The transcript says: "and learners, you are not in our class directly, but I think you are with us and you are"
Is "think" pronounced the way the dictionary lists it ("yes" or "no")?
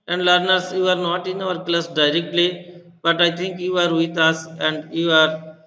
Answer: no